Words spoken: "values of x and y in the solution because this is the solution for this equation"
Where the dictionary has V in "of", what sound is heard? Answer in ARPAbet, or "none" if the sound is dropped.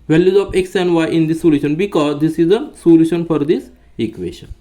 P